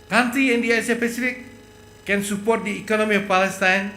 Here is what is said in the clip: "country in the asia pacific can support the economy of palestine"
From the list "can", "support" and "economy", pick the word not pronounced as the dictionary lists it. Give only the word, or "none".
none